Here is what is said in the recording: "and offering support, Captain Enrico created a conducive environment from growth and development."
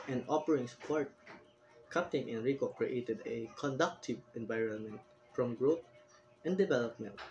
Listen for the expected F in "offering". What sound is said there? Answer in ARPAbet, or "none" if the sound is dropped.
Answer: P